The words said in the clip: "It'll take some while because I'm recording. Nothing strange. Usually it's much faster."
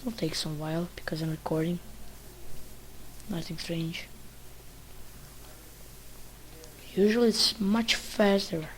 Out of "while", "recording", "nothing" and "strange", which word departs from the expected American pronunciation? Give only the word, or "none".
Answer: none